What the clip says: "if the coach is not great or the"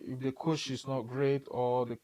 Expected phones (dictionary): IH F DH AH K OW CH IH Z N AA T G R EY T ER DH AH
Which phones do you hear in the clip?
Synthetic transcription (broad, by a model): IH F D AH K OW SH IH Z N AA T G R EY T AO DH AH